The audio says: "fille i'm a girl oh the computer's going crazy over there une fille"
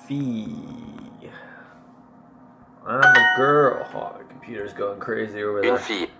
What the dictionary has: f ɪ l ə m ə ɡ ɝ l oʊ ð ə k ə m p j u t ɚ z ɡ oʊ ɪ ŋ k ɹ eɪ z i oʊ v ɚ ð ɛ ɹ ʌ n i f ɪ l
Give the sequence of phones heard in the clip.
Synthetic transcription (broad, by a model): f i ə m ə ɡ ɝ l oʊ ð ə k m p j u t ɚ z ɡ oʊ ɪ ŋ k ɹ eɪ z i oʊ v ɚ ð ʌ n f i